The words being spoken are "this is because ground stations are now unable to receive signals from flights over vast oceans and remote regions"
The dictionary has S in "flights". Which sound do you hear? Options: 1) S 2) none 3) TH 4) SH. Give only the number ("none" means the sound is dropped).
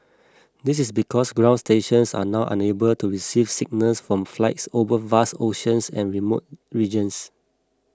1